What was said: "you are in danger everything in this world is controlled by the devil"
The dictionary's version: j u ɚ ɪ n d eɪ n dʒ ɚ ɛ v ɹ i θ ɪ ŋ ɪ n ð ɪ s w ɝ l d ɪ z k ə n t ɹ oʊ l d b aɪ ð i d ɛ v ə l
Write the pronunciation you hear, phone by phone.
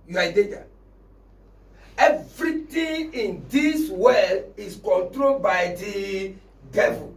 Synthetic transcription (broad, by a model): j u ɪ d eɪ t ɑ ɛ v ɹ i t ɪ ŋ ɪ n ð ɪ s w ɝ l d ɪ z k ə n t ɹ oʊ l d b aɪ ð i d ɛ v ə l